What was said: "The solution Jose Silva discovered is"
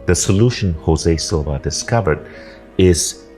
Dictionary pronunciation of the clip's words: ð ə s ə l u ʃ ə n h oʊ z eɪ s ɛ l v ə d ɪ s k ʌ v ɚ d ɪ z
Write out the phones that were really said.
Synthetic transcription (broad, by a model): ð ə s ə l u ʃ ə n h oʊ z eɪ s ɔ v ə d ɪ s k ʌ v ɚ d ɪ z